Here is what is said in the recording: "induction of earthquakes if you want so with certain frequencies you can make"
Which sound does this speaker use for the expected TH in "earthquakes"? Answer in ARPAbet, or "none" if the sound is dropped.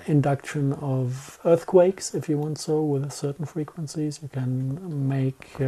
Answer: TH